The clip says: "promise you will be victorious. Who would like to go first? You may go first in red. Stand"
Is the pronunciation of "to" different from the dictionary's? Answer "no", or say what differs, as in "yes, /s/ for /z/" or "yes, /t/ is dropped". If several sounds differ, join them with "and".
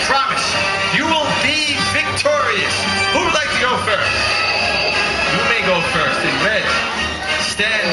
yes, /s/ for /t/